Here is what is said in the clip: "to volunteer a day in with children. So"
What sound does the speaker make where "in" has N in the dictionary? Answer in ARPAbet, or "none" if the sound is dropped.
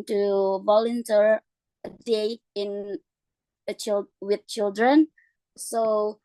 L